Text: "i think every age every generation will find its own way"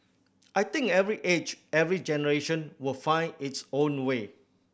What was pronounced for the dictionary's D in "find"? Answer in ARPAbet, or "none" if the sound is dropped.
none